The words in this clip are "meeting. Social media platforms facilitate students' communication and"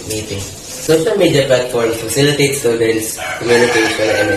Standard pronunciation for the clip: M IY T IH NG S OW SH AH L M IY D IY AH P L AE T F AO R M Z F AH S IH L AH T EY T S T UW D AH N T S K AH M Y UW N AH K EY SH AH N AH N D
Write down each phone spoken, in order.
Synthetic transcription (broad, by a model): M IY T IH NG S OW SH AH L M IY D IY AH P L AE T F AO R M F AH S IH L AH T EY T S T UW D AH N T S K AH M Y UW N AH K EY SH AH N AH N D